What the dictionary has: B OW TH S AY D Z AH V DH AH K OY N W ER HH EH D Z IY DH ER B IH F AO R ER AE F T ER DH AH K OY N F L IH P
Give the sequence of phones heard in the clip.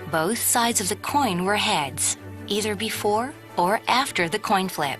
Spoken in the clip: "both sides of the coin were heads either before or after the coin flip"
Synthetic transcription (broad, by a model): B OW TH S AY D Z AH V DH AH K OY N W ER HH EH D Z IY DH ER B IH F AO R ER AE F T ER DH AH K OY N F L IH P